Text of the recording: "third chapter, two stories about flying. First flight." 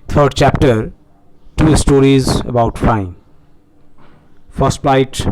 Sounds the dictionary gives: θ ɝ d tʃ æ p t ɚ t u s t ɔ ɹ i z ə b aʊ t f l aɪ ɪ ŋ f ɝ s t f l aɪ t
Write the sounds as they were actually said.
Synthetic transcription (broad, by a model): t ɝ d tʃ æ p t ɚ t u s t ɔ ɹ i z ə b aʊ t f aɪ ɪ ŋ f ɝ s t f l aɪ t